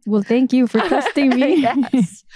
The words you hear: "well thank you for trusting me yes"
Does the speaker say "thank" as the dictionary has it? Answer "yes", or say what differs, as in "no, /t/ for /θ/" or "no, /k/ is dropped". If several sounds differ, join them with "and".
yes